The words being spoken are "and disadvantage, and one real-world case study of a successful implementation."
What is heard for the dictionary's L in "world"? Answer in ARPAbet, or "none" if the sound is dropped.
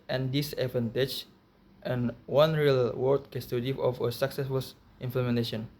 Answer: none